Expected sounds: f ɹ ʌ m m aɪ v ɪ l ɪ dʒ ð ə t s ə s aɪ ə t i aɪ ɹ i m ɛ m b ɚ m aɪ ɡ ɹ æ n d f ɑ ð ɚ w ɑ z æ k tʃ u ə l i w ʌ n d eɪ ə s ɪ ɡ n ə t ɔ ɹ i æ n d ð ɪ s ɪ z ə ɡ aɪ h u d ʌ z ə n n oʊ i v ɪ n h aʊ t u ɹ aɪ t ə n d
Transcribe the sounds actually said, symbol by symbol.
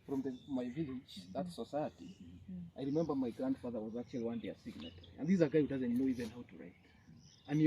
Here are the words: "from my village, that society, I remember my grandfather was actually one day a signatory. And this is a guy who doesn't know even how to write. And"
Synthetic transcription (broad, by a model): f ɹ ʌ m m aɪ v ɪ l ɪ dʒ ð ə t s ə s aɪ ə t i aɪ ɹ i m ɛ m b ɚ m aɪ ɡ ɹ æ n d f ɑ ð ɚ w ɑ z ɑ k tʃ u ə l i w ʌ n d eɪ ə s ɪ ɡ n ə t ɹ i n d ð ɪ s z ə ɡ aɪ h u d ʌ z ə n n oʊ i v ɪ n h aʊ t u ɹ aɪ t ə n